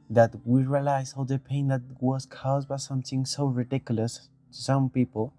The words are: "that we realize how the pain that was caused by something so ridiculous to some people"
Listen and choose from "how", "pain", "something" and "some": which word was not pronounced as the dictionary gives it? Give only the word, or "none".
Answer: something